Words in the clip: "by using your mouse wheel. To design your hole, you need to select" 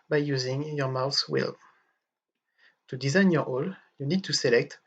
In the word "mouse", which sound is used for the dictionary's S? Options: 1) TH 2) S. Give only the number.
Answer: 1